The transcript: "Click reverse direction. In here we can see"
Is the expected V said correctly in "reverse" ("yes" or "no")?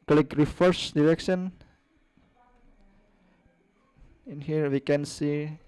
no